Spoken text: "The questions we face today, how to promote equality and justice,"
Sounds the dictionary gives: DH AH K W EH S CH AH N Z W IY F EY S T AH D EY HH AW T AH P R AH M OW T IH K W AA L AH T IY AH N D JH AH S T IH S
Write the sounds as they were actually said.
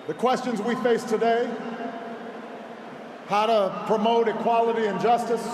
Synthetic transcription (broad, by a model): DH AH K W EH S CH AH N Z W IY F EY S T AH D EY HH AW T AH P R AH M OW T IH K W AA L AH T IY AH N JH AH S T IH S